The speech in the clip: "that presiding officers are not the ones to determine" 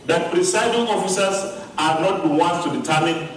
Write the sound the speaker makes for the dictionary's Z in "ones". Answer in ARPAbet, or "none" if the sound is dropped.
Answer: S